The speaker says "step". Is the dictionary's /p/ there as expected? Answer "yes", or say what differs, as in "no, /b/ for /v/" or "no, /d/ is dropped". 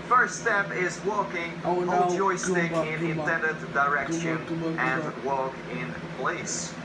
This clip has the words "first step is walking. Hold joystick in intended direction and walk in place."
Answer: yes